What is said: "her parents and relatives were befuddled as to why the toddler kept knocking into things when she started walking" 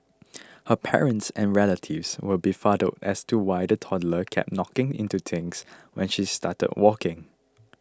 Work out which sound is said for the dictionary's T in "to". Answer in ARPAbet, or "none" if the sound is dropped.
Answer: T